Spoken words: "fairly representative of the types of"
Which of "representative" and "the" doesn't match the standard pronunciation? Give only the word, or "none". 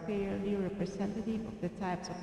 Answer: representative